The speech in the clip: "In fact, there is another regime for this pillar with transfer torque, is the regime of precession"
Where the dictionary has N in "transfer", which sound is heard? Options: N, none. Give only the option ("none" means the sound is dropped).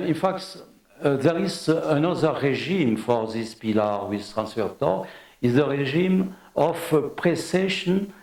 N